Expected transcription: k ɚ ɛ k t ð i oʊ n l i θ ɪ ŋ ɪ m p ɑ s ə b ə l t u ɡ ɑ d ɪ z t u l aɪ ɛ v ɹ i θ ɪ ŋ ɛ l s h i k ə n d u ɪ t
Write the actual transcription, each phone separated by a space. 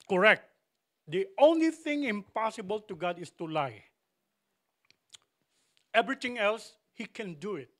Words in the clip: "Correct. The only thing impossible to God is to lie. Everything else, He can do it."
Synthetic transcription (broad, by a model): k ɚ ɛ k t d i oʊ n l i θ ɪ ŋ ɪ m p ɑ s ə b ə l t u ɡ ɑ d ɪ s t u l aɪ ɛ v ɹ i t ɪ ŋ ɛ l s h i k ə n d u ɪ t